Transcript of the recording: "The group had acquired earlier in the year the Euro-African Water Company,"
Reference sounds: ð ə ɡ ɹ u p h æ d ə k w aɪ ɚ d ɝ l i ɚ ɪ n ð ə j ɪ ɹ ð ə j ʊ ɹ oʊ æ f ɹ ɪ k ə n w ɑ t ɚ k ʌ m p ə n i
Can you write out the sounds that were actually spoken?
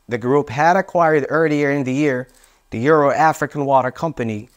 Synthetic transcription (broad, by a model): ð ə ɡ ɹ u p h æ d ə k w aɪ ɚ d ɝ l i ɚ ɪ n ð ə j ɪ ɹ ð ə j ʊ ɹ oʊ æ f ɹ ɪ k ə n w ɑ t ɚ k ʌ m p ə n i